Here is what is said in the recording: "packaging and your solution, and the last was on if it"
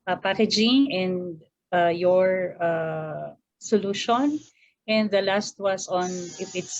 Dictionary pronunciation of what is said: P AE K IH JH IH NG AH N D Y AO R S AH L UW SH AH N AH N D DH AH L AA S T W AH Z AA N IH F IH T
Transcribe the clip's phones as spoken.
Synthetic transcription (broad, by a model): P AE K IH JH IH NG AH N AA Y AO R S AH L UW SH AH N AH N D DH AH L AA S T W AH S AA N IH F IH T